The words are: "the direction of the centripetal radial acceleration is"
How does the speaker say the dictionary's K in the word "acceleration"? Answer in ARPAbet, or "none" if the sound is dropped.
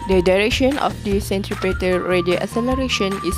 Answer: none